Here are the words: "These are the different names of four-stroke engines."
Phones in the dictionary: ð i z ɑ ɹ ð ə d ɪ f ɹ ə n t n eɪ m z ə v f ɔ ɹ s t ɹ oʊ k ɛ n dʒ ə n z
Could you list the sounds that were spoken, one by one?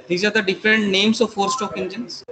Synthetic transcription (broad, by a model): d i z ɑ ɹ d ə d ɪ f ɹ ə n t n eɪ m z ə v f ɔ ɹ s t oʊ k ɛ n dʒ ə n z